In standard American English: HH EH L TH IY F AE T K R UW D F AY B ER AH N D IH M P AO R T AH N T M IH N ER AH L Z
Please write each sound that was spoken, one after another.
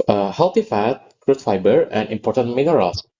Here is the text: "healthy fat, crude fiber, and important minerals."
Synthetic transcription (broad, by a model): HH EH L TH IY F AE T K R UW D F AY B ER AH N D IH M P AO R T AH N T M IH N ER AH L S